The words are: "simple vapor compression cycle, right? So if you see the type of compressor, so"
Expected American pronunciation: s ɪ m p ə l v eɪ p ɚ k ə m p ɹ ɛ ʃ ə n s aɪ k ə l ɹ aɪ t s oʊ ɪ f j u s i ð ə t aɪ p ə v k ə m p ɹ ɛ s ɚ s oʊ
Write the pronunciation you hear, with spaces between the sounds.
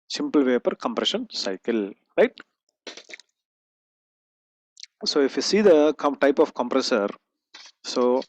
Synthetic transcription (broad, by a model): s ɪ m p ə l v eɪ p ɚ k ə m p ɹ ɛ ʃ ə n s aɪ k ə l ɹ aɪ t s oʊ ɪ f j u s i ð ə t aɪ p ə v k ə m p ɹ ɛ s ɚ s oʊ